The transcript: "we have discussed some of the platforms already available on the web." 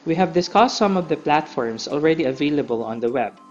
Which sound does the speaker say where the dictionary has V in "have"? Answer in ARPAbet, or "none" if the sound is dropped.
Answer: V